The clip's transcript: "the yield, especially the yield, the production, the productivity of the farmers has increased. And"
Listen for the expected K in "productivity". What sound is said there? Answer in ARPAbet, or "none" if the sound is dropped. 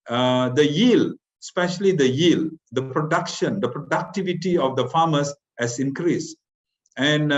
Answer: K